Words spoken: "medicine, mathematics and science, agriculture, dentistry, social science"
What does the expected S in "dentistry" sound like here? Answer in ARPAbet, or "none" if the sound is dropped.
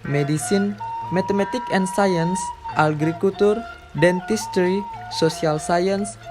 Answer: S